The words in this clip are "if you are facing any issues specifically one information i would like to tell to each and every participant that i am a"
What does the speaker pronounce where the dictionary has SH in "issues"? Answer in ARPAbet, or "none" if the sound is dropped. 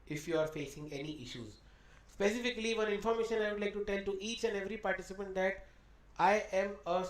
SH